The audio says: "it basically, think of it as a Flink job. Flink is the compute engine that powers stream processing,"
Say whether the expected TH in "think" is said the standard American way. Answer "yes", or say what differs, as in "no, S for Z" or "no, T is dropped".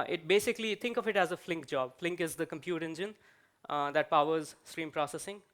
no, T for TH